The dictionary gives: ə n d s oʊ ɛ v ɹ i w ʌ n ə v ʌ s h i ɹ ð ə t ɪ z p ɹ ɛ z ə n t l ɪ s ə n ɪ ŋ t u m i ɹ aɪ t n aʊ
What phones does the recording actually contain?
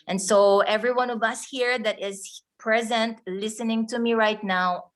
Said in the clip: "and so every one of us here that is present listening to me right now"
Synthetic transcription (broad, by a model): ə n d s oʊ ɛ v ɹ i w ʌ n ə v ʌ s h i ɹ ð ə t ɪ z p ɹ ɛ z ə n t l ɪ s ə n ɪ ŋ t u m i ɹ aɪ t n aʊ